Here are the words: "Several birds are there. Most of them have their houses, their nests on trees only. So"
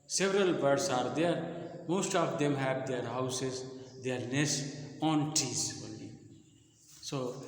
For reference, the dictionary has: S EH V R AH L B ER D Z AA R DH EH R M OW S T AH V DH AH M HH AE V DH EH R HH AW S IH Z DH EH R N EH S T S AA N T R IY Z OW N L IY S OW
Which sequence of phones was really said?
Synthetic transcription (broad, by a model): S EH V R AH L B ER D S AA R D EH R M OW S T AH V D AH M HH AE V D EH R HH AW S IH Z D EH R N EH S S AA N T IY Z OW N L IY S OW